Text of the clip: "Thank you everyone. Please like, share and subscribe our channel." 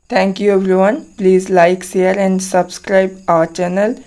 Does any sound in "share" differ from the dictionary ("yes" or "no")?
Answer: yes